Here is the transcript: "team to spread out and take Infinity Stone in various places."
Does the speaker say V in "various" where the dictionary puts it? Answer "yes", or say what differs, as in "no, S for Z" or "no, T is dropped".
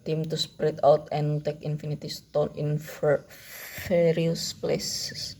no, F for V